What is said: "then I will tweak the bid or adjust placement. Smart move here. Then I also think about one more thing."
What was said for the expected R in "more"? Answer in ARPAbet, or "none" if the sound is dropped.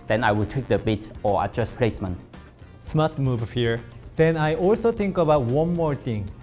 R